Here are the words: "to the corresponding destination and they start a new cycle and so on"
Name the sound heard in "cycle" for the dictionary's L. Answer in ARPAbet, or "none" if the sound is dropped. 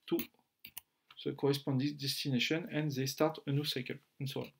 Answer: N